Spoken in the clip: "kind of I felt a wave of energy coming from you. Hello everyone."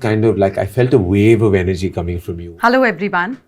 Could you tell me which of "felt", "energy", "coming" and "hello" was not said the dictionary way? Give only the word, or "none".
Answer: none